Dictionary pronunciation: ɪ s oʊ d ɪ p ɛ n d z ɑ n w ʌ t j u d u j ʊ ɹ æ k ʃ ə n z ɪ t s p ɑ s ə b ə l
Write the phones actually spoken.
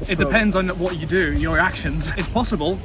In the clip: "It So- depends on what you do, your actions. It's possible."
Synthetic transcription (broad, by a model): ɪ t d ɪ p ɛ n d z n w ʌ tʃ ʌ d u j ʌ ɹ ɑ k ʃ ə n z ɪ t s p ɑ s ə b ə l